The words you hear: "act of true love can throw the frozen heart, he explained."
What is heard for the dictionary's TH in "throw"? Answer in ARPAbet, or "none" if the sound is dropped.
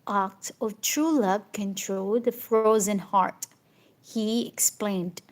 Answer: T